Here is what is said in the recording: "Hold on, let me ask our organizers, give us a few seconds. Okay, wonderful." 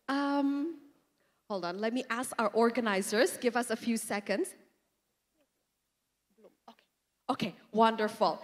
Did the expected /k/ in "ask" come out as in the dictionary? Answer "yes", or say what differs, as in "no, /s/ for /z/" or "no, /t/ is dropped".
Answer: yes